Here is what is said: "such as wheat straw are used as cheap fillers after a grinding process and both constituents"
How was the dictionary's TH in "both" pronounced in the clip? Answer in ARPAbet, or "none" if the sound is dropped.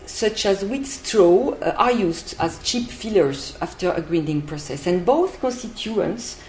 TH